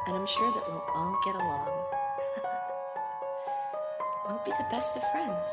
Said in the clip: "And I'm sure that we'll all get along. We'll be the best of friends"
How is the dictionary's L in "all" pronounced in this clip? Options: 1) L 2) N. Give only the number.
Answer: 2